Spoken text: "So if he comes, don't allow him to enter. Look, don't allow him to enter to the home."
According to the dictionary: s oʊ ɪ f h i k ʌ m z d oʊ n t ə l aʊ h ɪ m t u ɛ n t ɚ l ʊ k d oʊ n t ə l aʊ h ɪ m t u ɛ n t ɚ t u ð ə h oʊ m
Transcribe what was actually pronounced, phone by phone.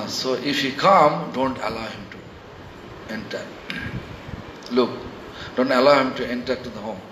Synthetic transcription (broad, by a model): s oʊ ɪ f h i k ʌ m d oʊ n t ə l aʊ h ɪ m t u ɛ n t ɚ l ʊ k d oʊ n t ə l aʊ h ɪ m t u ɛ n t ɚ t u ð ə h oʊ m